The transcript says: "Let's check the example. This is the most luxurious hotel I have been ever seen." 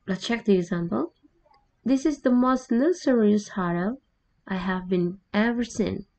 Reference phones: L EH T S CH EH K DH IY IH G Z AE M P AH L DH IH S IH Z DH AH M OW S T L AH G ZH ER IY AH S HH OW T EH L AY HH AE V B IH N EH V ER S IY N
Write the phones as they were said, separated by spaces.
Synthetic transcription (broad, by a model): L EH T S CH EH K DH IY IH G Z AE M P AH L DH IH S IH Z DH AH M OW S T N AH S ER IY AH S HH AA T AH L AY HH AE V B IH N EH V ER S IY N